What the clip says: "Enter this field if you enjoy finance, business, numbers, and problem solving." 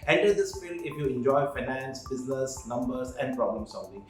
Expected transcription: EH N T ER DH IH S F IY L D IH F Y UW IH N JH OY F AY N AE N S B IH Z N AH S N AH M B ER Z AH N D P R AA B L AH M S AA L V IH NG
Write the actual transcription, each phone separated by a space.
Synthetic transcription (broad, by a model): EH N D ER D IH S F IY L IH F Y UW IH N JH OY F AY N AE N S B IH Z N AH S N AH M B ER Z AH N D P R AA B L AH M S AA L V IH NG